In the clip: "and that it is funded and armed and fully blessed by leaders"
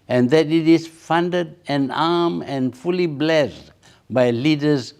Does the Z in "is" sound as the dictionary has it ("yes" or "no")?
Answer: no